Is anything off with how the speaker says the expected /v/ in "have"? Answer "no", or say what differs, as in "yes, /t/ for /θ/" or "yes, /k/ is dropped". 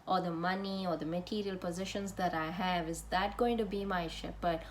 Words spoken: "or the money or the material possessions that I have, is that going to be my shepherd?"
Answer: no